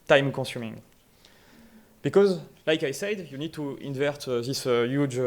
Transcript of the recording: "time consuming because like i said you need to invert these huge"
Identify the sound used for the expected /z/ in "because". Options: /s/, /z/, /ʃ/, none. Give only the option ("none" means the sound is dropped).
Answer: /z/